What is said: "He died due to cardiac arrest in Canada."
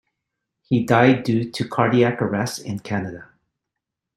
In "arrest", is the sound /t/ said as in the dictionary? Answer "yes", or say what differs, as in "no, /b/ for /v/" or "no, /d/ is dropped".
no, /t/ is dropped